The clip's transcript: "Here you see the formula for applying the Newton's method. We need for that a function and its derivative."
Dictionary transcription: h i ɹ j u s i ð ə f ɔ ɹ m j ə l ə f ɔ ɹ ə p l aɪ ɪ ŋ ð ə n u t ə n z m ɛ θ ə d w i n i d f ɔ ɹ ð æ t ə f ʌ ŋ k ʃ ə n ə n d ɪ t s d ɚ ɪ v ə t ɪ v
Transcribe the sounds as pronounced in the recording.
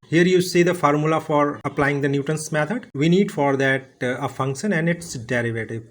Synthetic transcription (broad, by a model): h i ɹ j u s i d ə f ɔ ɹ m j ə l ə f ɔ ɹ ə p l aɪ ɪ ŋ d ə n u t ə n s m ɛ t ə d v i n i d f ɔ ɹ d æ t ə f ʌ ŋ k ʃ ə n ə n d ɪ t s d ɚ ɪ v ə t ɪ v